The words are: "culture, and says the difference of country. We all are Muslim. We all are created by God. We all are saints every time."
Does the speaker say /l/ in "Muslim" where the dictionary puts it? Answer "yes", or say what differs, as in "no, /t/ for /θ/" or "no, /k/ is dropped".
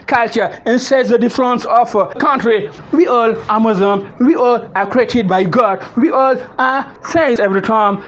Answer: no, /l/ is dropped